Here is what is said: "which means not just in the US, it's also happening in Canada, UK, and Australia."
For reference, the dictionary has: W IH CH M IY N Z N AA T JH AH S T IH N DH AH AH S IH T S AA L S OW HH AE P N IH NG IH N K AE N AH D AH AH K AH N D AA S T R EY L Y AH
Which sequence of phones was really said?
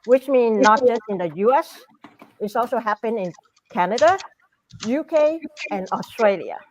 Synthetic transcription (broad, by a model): W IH CH M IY N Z N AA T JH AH S T IH N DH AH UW S IH T S AA L S OW HH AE P IH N IH N K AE N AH D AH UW K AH N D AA S T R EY L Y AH